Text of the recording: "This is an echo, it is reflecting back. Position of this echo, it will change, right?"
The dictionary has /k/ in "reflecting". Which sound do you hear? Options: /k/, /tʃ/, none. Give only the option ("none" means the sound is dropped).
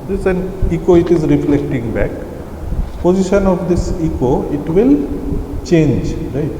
/k/